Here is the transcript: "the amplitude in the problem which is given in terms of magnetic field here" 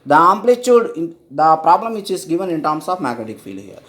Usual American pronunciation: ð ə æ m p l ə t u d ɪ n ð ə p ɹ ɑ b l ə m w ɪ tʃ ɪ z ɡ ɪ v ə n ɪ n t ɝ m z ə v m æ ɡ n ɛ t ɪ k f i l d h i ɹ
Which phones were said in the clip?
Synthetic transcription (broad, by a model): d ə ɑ m p l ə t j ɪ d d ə p ɹ ɑ b l ə m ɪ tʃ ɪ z ɡ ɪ v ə n ɪ n t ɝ m s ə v m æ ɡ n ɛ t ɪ k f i l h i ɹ